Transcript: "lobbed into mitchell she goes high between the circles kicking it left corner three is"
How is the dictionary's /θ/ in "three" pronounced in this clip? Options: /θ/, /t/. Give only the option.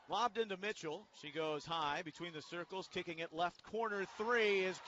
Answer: /θ/